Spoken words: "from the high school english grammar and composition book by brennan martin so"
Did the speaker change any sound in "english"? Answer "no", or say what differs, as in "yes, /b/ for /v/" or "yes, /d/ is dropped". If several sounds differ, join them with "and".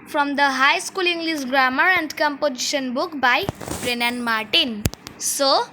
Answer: yes, /s/ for /ʃ/